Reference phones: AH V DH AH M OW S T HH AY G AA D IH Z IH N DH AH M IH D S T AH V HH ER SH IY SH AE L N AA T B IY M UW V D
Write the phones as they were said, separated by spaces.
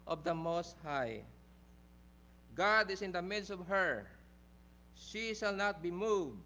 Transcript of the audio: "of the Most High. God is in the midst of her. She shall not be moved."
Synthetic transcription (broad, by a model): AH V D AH M OW S T HH AY G AA D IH S IH N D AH M IH D S T AH V HH ER SH IY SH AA L N AA T B IY M UW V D